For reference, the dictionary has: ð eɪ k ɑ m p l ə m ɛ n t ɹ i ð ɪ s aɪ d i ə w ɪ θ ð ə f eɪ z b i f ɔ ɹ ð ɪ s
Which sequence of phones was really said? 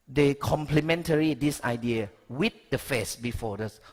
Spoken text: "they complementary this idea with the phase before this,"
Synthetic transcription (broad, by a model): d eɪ k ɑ m p l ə m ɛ n t ɹ i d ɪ s aɪ d i ə w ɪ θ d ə f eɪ s b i f ɔ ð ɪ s